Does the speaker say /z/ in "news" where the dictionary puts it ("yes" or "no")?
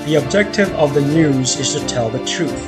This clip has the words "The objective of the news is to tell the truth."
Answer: yes